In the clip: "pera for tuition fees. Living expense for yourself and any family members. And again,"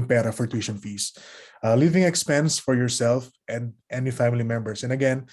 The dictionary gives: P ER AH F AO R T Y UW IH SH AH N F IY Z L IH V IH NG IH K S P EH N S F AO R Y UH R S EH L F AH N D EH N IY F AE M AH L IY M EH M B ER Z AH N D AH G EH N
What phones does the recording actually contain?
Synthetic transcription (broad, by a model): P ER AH F AO R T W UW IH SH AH N F IY S L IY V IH NG IH K S P EH N S F AO R Y UH R S EH L F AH N D EH N IY F AE M AH L IY M EH M B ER S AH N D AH G EH N